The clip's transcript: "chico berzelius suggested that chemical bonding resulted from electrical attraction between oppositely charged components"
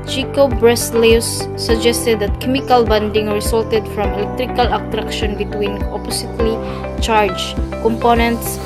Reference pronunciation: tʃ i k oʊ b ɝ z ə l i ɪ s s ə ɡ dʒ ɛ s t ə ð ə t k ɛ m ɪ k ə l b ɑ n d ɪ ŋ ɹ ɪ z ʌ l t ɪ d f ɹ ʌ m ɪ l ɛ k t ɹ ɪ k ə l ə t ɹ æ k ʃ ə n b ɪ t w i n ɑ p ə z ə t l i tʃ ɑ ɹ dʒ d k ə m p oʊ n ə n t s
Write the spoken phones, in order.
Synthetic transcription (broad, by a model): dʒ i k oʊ b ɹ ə l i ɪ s s ə ɡ dʒ ɛ s t ə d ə t k ɛ m ɪ k ə l b ɑ n d ɪ ŋ ɹ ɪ s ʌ l t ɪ d f ɹ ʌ m ɪ l ɛ k t ɹ ɪ k ə l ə t ɹ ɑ k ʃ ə n b ɪ t w i n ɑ p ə s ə t l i tʃ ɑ ɹ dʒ k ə m p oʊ n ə n t s